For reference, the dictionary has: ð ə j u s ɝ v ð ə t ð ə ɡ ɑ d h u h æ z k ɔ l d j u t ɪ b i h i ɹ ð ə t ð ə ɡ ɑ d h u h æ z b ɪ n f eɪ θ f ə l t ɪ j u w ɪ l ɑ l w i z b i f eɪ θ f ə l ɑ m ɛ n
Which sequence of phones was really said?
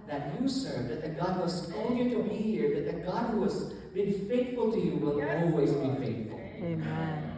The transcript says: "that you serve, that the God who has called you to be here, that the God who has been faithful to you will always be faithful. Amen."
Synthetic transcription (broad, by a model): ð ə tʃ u s ɝ v ð ə t ð ə ɡ ɑ d h u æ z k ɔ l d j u t ɪ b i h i ɹ ð ə t ð ə ɡ ɑ d h u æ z b ɪ n f eɪ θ f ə l t ɪ j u w ɪ l ɑ l w i z b i f eɪ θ f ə l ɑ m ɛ